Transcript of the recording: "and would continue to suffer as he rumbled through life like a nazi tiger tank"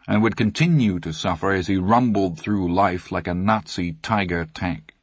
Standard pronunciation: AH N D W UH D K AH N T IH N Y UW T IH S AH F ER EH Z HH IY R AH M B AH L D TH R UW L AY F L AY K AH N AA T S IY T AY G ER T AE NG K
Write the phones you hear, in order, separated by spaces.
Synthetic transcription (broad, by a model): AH N W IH D K AH N T IH N Y UW T IH S AH F ER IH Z IY R AH M B L D TH R UW L AY F L AY K AH N AA T S IY T AY G ER T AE NG K